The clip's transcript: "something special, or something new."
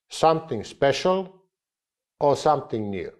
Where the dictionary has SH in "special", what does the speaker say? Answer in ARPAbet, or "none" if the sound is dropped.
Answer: SH